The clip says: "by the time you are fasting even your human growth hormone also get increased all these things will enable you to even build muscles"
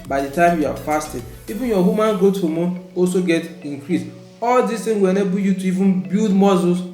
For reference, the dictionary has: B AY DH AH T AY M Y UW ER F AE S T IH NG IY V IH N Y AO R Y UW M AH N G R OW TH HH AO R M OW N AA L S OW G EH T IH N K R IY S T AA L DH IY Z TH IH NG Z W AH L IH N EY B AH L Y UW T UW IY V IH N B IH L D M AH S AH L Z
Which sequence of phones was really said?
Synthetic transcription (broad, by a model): B AY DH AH T AY M Y UW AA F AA S T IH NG IY V IH N Y AO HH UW M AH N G OW T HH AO M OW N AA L S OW G EH T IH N K R IY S AA L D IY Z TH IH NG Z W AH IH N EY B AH Y UW T UW IY V IH N B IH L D M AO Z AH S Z